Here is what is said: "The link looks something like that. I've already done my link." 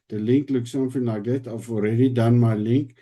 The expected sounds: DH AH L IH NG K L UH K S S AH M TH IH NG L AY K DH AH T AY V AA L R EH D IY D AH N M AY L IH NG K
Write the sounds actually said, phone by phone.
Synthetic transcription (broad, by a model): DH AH L IH NG K L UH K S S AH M F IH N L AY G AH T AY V AA L R EH D IY D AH N M AY L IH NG K